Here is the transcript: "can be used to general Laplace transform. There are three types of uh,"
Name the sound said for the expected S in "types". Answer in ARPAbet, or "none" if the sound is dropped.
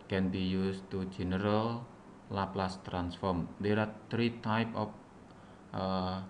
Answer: none